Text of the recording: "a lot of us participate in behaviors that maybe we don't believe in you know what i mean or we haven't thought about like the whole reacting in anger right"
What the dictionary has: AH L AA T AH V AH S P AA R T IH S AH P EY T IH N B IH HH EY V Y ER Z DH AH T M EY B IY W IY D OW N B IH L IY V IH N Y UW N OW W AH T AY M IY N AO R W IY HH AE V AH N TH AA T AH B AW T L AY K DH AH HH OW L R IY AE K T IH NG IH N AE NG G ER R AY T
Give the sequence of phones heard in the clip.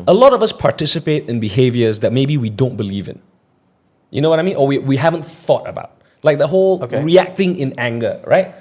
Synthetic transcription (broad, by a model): AH L AA T AH V AH S P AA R T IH S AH P EY T IH N B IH HH EY V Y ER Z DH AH T M EY B IY W IY D OW N B IH L IY V IH N Y UW N OW W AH T AY M IY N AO W W IY HH AE V AH N TH AA T AH B AW T L AY K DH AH HH OW L R IY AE K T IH NG IH N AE NG G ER R AY T